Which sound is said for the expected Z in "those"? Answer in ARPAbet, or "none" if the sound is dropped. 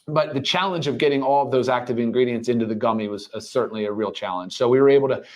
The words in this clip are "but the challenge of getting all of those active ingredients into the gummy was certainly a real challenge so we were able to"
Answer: Z